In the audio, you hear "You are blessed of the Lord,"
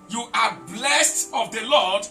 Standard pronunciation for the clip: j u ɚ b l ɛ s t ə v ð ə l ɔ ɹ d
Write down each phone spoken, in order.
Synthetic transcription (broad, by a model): j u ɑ b l ɛ s t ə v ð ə l ɔ d